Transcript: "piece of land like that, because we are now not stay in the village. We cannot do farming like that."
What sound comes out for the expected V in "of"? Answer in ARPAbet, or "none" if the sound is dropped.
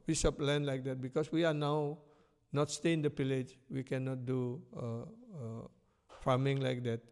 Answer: P